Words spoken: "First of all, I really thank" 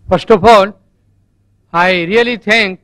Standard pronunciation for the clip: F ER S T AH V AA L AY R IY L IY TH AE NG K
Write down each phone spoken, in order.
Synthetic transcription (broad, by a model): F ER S T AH P AA L AY R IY L IY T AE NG K